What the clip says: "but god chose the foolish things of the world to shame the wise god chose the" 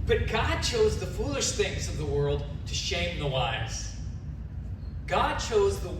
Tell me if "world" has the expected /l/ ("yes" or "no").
yes